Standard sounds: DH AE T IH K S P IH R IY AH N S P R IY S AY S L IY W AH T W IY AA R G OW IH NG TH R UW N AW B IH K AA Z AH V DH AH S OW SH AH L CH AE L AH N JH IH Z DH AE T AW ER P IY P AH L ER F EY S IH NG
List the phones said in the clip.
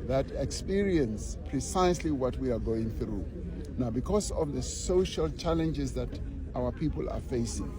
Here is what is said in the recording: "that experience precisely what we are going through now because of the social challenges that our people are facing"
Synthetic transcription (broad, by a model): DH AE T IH K S P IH R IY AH N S P R IY S AY S L IY W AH T W IY AA R G OW IH NG TH R UW N AW B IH K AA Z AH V DH AH S OW SH AH L CH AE L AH N JH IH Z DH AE T AW ER P IY P AH L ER F EY S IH NG